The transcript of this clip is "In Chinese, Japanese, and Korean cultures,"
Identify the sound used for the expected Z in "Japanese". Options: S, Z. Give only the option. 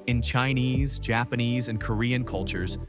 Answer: Z